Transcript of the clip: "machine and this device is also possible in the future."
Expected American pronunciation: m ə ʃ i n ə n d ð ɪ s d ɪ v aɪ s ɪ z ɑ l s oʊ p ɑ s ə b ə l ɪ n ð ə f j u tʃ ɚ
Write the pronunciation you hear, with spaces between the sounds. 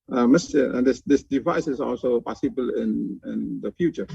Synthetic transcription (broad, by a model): m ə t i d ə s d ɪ s d ɪ v aɪ s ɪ s ɑ l s oʊ p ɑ s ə b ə l ɪ n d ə f j u tʃ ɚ